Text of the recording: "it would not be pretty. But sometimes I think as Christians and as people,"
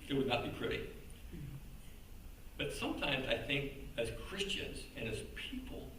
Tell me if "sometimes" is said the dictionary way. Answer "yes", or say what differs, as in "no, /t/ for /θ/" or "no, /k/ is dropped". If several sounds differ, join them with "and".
yes